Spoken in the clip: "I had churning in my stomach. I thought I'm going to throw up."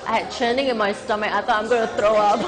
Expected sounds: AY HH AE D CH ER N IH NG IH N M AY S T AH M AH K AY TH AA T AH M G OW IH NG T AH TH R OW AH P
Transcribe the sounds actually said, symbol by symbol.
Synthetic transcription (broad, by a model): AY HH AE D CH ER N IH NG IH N M AY S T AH M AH AY T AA AH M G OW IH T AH T R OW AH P